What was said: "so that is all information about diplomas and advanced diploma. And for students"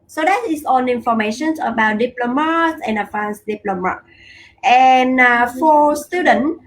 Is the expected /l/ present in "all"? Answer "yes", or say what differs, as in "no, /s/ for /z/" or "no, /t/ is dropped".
no, /n/ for /l/